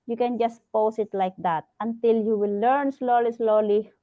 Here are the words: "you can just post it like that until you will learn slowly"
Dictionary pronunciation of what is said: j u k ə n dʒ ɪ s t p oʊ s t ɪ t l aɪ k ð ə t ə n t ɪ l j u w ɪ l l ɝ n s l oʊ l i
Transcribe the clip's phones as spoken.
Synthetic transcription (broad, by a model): j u k ə n dʒ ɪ s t p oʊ s ɪ t l aɪ k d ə t ə n t ɪ l j u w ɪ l l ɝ n s l oʊ l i